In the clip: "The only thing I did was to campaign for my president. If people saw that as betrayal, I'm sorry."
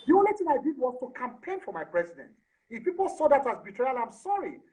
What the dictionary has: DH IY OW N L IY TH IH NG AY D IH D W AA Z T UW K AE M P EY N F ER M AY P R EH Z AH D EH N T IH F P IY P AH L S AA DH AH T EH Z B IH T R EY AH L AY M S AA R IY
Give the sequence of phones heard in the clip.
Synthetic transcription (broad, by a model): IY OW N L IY T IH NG AY D IH D W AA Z T UW K AE M P EY N F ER M AY P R EH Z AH D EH N T IH F P IY P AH L S AA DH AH T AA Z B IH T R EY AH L AY M S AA R IY